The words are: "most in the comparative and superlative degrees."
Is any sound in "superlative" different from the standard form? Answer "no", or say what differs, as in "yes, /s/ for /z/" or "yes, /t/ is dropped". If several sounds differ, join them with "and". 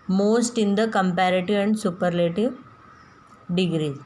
no